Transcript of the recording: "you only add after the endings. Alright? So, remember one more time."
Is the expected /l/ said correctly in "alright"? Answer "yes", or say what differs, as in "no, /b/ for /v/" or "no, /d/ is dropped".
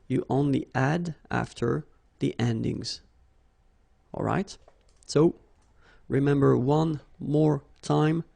yes